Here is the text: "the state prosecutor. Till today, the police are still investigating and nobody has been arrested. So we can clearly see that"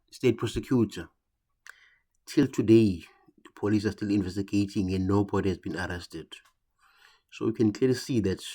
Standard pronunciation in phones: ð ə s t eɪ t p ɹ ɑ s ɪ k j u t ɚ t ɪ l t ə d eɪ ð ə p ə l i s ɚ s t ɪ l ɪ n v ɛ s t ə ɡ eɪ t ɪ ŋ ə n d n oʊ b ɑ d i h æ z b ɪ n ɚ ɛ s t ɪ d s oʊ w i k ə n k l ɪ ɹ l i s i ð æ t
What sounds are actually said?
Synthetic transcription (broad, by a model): s t eɪ t p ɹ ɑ s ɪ k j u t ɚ t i l t ə d eɪ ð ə p ə l i s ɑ s t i l ɪ n v ɛ s t ə ɡ eɪ t ɪ ŋ ə n d n oʊ b ɑ d i h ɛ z b ɪ n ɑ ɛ s t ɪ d s oʊ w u k ə n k l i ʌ l i s i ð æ t